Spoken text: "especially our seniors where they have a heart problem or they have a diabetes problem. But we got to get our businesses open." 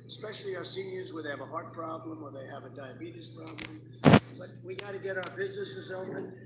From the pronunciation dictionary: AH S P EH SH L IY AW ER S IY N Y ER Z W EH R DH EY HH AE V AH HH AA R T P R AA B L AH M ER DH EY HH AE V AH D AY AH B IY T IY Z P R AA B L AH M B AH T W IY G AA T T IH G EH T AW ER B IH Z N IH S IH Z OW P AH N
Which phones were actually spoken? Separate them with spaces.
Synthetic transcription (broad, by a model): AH S P EH SH L IY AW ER S IY N Y ER Z W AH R DH EY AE V AH HH AA R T P R AA B L AH M ER DH EY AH V AH D AY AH B IY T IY S P R AA B L AH M B AH T W IY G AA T T IH G EH T AW ER B IH Z N IH S IH Z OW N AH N